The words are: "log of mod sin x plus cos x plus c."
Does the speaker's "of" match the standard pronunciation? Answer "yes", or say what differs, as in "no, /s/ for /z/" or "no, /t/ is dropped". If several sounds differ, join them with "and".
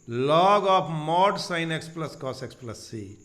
no, /p/ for /v/